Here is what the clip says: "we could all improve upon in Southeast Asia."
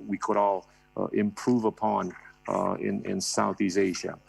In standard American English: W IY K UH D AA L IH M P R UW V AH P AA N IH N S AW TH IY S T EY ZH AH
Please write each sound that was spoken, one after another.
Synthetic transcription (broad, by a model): W IY K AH D AA L IH M P R UW V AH P AA N IH N S AW TH IY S EY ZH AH